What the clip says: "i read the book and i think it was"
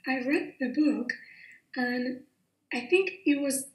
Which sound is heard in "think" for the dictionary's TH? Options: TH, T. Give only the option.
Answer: TH